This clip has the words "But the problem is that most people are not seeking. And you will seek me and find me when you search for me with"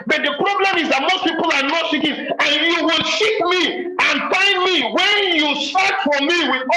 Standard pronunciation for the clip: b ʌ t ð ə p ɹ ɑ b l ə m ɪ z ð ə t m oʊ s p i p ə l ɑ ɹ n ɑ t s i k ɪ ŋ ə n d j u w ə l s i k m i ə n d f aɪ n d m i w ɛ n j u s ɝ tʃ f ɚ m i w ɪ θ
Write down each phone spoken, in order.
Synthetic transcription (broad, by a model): b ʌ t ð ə p ɹ ɑ b l ə m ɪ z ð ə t m oʊ s p i p ə l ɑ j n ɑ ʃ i k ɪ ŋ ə n j u w ə l ʃ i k m i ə n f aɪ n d m i w ɛ n j u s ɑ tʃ f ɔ m i w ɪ